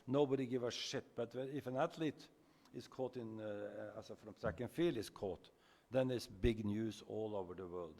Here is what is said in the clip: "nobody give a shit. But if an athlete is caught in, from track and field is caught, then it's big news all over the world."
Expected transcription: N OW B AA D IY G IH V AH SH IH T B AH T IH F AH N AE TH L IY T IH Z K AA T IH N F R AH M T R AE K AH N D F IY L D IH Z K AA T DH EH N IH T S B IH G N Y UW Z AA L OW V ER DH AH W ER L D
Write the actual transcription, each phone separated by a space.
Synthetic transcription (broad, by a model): N OW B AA D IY G IH V AH SH IH T B AH T IH F AH N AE T L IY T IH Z K AA T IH N F R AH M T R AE K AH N F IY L IH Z K AA T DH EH N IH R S B IH G N Y UW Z AA L OW V ER DH AH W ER L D